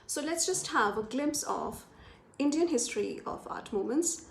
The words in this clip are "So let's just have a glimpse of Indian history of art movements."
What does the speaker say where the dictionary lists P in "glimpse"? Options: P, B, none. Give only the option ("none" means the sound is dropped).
P